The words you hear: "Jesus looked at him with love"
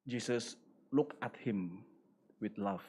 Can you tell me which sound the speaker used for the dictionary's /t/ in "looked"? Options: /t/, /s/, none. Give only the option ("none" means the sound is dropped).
none